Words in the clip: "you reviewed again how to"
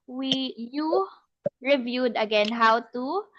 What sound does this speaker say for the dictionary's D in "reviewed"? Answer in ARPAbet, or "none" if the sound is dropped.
D